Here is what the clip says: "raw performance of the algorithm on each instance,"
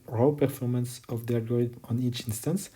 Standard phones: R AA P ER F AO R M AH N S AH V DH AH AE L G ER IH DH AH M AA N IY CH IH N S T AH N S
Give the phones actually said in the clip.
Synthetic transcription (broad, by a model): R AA P ER F AO R M AH N S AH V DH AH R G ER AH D AA N IY CH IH N S T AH N S